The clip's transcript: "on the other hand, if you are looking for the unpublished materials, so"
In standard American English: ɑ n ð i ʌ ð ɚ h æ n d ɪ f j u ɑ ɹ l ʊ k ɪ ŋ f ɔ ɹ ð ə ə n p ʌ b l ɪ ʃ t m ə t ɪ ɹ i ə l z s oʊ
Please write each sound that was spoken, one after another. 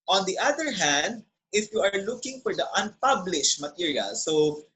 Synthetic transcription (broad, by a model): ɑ n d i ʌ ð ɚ h æ n d ɪ f j u ɑ ɹ l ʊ k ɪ ŋ f ɔ ɹ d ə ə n p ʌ b l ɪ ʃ t m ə t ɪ ɹ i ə l s oʊ